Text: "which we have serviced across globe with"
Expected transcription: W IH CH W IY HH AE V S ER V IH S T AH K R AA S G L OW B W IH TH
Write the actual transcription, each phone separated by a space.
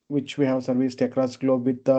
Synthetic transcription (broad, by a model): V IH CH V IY HH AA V S ER V IH S T AH K R AA S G L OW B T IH